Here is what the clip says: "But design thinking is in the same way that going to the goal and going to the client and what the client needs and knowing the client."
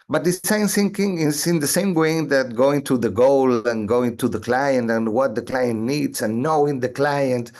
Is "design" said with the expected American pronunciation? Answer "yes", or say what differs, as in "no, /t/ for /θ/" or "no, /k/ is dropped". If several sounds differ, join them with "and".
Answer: no, /s/ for /z/